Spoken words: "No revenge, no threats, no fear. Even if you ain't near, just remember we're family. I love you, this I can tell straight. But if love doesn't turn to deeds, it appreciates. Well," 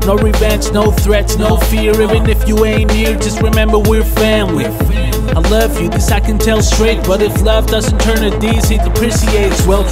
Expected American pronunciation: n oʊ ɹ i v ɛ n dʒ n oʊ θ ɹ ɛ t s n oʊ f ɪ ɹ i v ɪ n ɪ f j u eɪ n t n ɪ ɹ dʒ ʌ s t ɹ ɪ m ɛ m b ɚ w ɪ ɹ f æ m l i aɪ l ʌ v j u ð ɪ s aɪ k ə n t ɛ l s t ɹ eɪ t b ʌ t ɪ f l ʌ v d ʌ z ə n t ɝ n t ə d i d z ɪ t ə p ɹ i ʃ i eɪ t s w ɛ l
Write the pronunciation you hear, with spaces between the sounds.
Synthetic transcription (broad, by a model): n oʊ ɹ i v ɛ n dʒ n oʊ θ ɹ ɛ t s n oʊ f ɪ ɹ i v ɪ n ɪ f j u eɪ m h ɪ ɹ dʒ ʌ s t ɹ ɪ m ɛ m b ɚ w ɪ ɹ f æ m l i aɪ l ʌ v j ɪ ð ɪ s aɪ k ə n t ɛ l s t ɹ eɪ t b ʌ t ɪ f l ʌ v d ʌ z ə n t ɝ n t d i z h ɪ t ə p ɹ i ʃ i eɪ t s w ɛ l